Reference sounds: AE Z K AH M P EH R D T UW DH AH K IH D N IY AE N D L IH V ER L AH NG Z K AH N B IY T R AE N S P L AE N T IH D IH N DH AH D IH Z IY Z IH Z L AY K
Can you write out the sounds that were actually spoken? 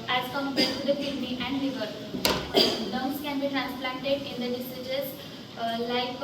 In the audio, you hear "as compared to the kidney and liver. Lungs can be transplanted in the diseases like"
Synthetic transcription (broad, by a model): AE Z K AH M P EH T UW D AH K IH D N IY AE N D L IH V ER N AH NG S K AH N B IY T R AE N S P L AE N T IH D IH N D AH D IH S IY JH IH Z L AY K